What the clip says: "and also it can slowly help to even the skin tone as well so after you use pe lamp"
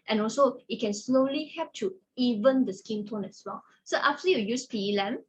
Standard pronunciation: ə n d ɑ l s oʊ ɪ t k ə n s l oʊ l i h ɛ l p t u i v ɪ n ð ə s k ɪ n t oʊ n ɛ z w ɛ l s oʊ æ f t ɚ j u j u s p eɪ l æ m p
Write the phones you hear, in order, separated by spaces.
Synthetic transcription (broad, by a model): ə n ɑ l s oʊ ɪ t k ə n s l oʊ l i h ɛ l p t u i v ɪ n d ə s k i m t oʊ n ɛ s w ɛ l s oʊ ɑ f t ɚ j u j u s p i l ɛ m